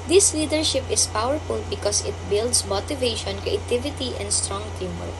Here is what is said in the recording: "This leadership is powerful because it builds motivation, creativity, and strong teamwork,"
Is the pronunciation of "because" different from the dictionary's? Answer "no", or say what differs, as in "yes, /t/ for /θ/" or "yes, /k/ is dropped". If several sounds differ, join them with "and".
yes, /s/ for /z/